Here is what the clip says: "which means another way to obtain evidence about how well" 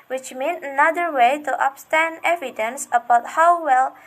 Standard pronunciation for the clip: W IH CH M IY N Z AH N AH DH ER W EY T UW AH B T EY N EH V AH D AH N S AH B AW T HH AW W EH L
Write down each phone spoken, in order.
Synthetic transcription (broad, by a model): W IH CH M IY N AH N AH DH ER W EY T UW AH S T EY N EH V AH D AH N S AH B AW T HH AW W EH L